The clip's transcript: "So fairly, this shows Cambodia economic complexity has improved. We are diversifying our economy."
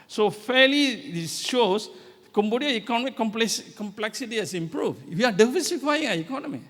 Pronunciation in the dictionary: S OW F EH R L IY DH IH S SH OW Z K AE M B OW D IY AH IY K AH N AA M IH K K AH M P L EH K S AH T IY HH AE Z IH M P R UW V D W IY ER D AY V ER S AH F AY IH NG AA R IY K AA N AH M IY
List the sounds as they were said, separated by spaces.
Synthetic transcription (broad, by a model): S OW F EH L IY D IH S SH OW S K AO M B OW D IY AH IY K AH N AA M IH K K AH M P L EH K S AH T IY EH S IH M P R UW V W IY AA D AY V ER S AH F AY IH NG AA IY K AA N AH M IY